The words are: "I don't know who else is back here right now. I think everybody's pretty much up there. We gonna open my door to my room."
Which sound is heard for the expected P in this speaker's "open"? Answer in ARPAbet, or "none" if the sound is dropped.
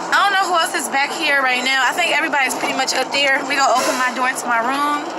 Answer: P